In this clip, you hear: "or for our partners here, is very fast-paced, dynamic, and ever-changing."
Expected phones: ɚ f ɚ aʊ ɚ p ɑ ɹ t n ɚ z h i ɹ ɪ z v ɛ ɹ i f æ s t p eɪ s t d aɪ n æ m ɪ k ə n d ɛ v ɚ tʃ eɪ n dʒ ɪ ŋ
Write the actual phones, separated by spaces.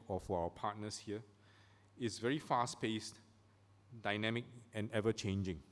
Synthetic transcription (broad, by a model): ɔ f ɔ aʊ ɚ p ɑ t n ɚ s h i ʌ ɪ s v ɛ ɹ i f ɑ s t p eɪ s t d aɪ n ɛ m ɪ k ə n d ɛ v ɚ tʃ eɪ n dʒ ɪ ŋ